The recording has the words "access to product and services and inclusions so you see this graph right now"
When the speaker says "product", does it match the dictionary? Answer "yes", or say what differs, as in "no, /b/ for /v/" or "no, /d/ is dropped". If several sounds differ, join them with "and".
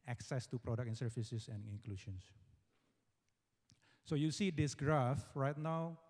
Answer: no, /t/ is dropped